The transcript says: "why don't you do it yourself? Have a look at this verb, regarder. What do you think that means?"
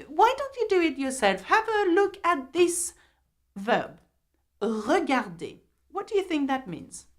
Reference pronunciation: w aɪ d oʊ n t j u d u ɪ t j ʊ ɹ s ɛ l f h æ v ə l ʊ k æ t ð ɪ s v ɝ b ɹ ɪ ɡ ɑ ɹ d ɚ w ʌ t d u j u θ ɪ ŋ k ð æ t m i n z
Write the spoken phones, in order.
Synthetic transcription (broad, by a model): w aɪ d oʊ n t j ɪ d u ɪ t j ʊ ɹ s ɛ l f h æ v ə l ʊ k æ t ð ɪ s v ɝ b ɹ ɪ ɡ ɑ ɹ d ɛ w ʌ t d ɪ j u θ ɪ ŋ k ð æ t m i n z